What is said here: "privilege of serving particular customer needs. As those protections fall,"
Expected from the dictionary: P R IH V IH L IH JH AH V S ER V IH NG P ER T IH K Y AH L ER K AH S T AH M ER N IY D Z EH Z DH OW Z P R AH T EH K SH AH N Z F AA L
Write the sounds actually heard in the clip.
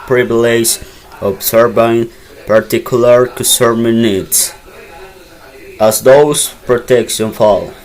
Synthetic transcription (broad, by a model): P R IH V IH L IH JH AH B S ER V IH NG P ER T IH K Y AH L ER K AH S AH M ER N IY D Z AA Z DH OW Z P R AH T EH K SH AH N F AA L